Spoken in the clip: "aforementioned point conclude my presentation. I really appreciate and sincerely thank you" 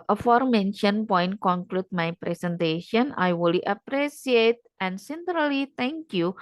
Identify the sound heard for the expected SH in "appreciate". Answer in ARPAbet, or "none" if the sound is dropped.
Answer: S